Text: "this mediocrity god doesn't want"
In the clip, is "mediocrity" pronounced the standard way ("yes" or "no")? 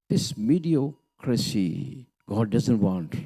no